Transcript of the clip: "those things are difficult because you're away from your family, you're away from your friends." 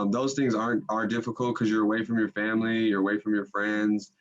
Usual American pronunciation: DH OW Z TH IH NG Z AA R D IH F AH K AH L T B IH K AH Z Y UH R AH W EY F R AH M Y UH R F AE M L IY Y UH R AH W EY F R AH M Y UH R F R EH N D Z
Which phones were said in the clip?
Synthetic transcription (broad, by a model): DH OW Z TH IH NG Z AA R D IH F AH K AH L T K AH Z Y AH R AH W EY F R AH M Y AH R F AE M L IY Y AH R AH W EY F R AH M Y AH R F R EH N D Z